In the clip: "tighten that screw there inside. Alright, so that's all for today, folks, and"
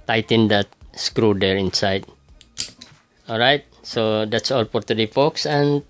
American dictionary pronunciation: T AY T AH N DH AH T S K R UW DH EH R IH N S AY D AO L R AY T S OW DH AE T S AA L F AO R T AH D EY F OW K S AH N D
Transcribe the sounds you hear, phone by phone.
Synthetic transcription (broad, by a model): T AY T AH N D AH T S K R UW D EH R IH N S AY D AO L R AY T S OW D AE T S AA L P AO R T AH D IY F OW K S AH N